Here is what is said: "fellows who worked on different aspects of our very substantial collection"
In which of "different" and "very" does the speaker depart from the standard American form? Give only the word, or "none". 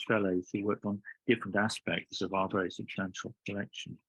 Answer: very